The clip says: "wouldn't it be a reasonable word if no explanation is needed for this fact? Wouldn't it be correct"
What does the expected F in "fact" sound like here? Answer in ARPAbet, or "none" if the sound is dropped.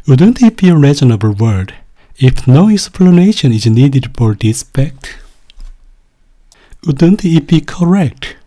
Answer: P